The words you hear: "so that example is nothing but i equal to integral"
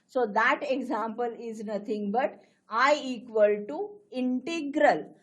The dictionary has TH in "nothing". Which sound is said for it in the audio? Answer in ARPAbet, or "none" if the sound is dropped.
T